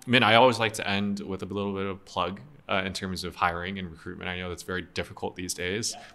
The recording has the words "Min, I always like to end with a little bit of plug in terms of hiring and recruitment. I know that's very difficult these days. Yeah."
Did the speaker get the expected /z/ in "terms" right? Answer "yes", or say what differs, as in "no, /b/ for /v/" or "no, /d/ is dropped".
yes